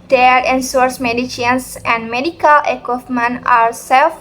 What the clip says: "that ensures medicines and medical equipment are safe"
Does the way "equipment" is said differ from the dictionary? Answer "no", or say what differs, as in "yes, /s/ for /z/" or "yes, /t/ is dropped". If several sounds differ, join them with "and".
yes, /f/ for /p/ and /t/ is dropped